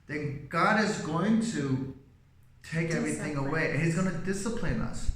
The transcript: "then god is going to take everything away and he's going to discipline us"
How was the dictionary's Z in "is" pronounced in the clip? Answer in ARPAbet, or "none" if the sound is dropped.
Z